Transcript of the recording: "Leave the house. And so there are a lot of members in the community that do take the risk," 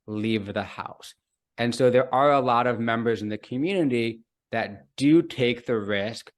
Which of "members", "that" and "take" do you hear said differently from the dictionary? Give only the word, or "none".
none